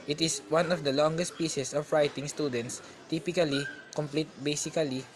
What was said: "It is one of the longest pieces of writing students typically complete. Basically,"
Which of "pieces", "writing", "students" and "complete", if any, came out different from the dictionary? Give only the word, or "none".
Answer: pieces